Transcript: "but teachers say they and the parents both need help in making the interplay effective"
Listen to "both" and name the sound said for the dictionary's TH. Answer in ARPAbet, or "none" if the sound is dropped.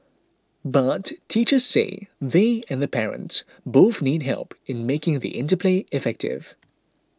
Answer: TH